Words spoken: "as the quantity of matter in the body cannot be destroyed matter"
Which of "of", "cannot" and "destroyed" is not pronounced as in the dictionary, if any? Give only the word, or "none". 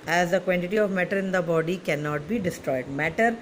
none